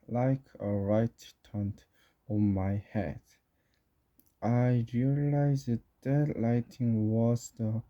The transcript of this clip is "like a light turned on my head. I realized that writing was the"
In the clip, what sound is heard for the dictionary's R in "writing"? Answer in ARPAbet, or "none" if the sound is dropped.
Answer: L